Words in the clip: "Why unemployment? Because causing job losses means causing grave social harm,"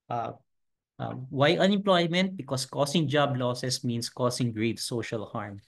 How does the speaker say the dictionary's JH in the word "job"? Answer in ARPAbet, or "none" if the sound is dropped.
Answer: JH